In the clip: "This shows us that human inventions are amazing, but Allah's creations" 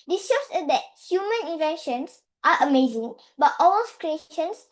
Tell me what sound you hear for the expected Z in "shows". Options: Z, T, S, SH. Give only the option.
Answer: S